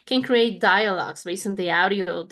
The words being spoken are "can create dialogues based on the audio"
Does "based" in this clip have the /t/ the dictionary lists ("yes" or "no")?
no